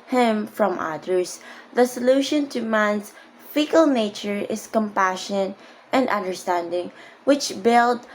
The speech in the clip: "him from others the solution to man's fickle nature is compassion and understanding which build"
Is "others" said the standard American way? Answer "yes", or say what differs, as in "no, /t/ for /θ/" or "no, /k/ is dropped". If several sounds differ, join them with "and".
no, /s/ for /z/